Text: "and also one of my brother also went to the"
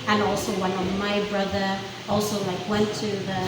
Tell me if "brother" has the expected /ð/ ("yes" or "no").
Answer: yes